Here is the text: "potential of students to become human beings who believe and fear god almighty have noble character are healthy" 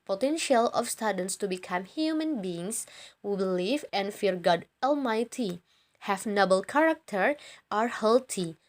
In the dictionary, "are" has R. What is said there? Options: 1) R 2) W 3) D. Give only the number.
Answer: 1